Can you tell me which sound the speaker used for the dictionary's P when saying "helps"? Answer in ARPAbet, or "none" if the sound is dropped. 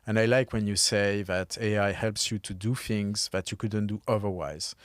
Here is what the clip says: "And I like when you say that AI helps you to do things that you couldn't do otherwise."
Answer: P